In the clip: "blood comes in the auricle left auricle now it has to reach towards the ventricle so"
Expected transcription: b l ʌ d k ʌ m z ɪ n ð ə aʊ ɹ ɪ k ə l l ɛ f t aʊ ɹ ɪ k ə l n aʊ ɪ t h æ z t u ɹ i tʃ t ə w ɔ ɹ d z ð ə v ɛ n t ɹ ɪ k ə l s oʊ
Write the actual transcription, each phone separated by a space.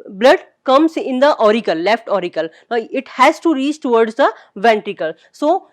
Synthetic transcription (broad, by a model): b l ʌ d k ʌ m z ɪ n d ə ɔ ɹ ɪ k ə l l ɛ f t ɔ ɹ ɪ k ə l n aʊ ɪ t h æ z t u ɹ i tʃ t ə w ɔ ɹ d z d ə v ɛ n t ɹ ɪ k ə l s oʊ